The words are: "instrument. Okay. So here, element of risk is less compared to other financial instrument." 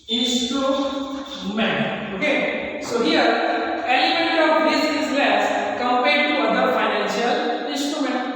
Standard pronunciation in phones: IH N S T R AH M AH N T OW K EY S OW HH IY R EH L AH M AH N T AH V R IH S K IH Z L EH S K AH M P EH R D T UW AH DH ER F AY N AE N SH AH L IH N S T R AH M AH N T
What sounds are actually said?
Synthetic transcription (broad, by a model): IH N S T R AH M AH N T OW K EY S OW HH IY R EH N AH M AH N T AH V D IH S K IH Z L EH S K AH M P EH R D T UW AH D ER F AY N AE N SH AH L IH N S T R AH M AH N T